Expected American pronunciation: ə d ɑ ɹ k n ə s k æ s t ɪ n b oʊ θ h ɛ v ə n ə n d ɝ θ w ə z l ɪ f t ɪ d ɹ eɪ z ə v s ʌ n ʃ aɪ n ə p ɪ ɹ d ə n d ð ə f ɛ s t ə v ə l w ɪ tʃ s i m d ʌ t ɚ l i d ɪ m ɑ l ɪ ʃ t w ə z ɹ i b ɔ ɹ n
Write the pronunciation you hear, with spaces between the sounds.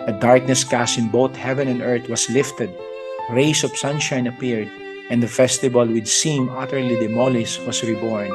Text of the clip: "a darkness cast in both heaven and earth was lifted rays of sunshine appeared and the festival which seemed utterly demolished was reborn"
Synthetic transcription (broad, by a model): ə d ɑ ɹ k n ə s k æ s ɪ n b oʊ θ h ɛ v ə n ə n d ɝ t w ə s l ɪ f t ɪ d ɹ eɪ s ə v s ʌ n ʃ aɪ n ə p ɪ ɹ d ə n d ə f ɛ s t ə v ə l w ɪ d s i m ʌ t ɚ l i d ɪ m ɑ l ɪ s w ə s ɹ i b ɔ ɹ n